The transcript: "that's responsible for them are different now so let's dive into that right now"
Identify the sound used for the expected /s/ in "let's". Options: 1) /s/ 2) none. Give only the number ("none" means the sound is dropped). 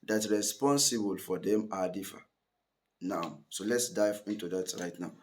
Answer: 1